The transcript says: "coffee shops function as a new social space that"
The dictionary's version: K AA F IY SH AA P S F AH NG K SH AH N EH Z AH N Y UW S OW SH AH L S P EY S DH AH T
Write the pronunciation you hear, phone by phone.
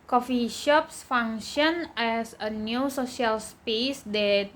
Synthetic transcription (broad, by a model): K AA F IY SH AA P S F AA NG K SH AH N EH S AH N Y UW S OW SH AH L S P EY S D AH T